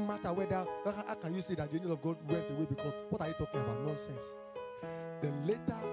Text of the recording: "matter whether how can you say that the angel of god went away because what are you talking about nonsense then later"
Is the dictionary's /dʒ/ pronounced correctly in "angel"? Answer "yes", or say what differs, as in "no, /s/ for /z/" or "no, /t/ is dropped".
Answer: no, /dʒ/ is dropped